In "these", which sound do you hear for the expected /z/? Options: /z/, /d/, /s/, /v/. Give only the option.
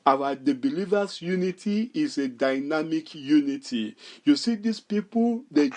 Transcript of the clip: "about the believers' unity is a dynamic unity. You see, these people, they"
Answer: /s/